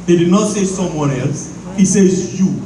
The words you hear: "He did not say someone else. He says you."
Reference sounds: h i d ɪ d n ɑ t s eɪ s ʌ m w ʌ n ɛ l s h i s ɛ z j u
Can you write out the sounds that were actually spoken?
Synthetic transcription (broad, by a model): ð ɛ d ɪ d n ɑ t s eɪ s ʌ m w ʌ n ɛ l s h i s ɛ z j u